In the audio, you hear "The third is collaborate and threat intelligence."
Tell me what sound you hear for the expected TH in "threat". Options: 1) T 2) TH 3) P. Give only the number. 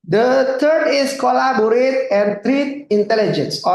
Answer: 1